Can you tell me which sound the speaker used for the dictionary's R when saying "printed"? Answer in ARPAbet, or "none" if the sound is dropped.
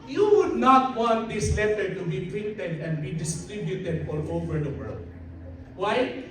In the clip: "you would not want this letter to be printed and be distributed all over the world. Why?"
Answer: none